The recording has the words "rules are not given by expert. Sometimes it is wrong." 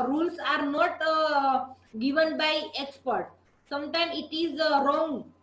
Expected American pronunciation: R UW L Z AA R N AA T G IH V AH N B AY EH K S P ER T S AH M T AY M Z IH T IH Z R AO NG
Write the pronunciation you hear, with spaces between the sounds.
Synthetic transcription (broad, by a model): R UW L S AA R N AA T G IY V AH N B AY EH K S P ER T S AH M T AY M IH T IH Z R AO NG